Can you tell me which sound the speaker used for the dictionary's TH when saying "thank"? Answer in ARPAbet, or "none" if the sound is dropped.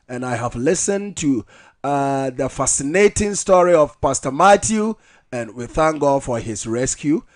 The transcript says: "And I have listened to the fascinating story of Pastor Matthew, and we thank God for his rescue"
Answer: TH